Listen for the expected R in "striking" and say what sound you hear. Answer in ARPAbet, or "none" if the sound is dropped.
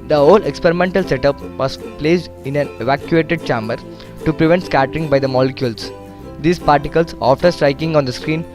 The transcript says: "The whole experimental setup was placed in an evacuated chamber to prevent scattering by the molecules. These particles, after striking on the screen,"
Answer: R